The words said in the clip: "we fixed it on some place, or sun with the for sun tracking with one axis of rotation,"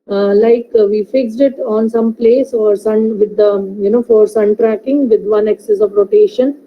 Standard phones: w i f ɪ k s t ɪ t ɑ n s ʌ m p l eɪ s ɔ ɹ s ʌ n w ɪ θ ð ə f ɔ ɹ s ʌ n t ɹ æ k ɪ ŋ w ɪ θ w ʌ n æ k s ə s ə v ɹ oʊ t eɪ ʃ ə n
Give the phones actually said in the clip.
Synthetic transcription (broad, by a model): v i f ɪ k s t ɪ t ɑ n s ʌ m p l eɪ s ɔ ɹ s ʌ n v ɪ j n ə f ɔ ɹ s ʌ n t ɹ æ k ɪ ŋ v ɪ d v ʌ n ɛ k s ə s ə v ɹ oʊ t eɪ ʃ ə n